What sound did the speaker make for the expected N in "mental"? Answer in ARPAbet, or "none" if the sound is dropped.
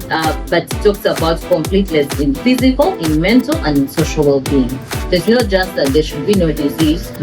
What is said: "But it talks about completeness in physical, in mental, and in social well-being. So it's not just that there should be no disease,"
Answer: N